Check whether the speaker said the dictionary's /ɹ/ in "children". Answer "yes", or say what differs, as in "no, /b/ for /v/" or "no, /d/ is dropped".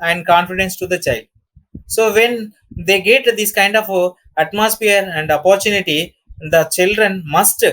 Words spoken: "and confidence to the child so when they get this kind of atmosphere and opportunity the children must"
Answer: yes